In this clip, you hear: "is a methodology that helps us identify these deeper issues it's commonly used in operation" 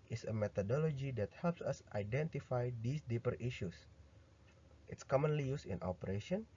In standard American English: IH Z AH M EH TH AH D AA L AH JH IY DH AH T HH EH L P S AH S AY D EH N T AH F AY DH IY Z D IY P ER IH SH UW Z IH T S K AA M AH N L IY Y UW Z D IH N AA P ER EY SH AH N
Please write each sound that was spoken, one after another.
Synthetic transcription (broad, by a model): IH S AH M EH T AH D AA L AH JH IY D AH T HH EH L P S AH S AY D EH N T AH F AY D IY S D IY P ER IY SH UW S IH T S K AA M AH N L IY Y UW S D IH N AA P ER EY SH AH N